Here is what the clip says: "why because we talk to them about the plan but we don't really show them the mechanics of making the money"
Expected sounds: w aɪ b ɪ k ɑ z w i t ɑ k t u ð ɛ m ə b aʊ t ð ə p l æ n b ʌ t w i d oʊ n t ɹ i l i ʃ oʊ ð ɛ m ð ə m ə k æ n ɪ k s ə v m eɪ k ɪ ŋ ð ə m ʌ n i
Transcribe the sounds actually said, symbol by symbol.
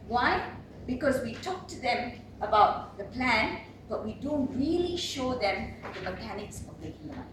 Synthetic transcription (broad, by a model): w aɪ b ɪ k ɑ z w i t ɑ k t u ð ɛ m ə b aʊ t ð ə p l æ n b ʌ t w i d oʊ n t ɹ i l i ʃ oʊ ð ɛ m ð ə m ə k æ n ɪ k s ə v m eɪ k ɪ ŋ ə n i